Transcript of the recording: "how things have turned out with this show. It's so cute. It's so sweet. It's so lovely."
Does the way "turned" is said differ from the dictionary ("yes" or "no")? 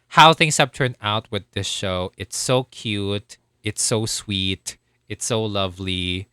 yes